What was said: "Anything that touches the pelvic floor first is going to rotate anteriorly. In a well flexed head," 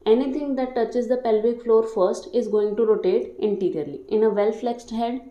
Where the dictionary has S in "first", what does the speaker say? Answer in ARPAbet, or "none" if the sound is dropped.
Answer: S